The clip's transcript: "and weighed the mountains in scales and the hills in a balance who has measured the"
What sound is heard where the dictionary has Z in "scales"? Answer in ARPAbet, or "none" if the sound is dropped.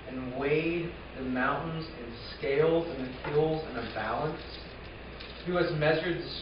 Z